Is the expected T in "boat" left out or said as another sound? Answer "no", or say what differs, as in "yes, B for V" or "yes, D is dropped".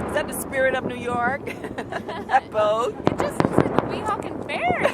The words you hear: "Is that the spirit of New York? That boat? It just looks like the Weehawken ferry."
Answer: yes, T is dropped